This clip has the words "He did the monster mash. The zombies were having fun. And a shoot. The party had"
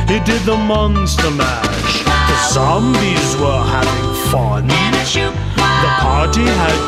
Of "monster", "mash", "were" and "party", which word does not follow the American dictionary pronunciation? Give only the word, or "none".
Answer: none